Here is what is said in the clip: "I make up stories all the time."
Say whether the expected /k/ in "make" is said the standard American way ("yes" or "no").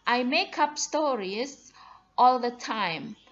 yes